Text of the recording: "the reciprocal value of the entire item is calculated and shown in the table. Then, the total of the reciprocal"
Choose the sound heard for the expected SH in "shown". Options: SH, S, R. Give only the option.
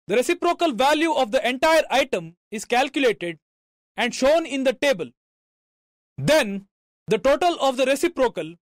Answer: SH